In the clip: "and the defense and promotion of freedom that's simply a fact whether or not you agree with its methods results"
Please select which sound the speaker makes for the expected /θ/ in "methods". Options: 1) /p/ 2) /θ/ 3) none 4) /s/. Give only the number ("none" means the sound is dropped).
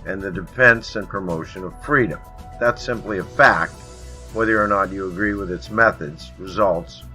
2